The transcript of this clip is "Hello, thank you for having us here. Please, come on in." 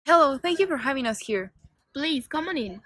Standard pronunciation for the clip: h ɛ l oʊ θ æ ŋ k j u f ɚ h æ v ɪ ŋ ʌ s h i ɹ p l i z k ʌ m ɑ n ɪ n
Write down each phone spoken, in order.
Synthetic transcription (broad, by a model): h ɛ l oʊ θ æ ŋ k j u f ɚ h æ v ɪ ŋ ʌ s h i ɹ p l i z k ʌ m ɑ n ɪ n